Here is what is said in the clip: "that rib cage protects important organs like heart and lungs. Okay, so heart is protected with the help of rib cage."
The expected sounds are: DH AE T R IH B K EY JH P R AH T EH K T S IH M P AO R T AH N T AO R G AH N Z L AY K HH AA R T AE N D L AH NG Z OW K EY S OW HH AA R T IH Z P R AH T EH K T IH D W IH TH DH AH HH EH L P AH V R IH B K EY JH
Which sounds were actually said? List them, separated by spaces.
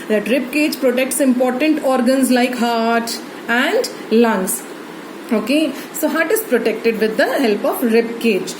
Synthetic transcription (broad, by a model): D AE T R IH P K EY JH P R AH T EH K T S IH M P AO R T AH N T AO R G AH N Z L AY K HH AA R T AE N D L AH NG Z OW K EY S OW HH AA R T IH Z P R AH T EH K T IH D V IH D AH HH EH L P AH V R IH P K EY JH